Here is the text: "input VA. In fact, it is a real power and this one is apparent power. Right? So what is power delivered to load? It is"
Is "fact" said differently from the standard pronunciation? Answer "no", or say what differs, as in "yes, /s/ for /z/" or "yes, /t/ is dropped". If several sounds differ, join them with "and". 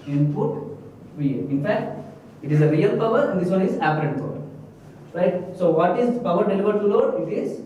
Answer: no